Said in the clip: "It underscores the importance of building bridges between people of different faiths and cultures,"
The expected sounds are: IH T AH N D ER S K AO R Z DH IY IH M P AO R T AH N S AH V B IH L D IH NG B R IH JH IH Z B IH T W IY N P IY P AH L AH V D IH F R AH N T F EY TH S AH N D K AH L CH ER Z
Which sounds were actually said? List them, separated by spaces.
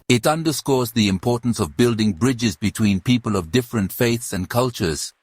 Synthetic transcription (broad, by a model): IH T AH N D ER S K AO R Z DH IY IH M P AO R T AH N S AH V B IH L D IH NG B R IH JH IH Z B IH T W IY N P IY P AH L AH V D IH F R AH N T F EY TH S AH N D K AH L CH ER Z